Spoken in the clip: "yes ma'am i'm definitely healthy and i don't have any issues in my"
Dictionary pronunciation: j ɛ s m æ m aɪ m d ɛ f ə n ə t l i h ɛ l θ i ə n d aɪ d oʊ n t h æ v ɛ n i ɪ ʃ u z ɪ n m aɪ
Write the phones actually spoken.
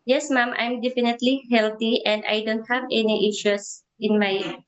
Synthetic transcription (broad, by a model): j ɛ s m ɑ m aɪ m d ɛ f ə n ə t l i h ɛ l t i ə n d aɪ d oʊ n t h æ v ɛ n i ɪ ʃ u s ɪ n m aɪ